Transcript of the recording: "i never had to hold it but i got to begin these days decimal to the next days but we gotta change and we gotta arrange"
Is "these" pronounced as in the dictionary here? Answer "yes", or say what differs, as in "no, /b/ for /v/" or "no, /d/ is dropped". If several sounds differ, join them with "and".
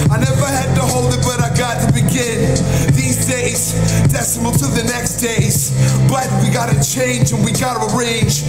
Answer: yes